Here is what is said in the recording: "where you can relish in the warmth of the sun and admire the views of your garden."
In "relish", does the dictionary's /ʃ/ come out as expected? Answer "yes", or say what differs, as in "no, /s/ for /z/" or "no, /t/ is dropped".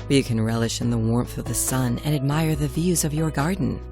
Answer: yes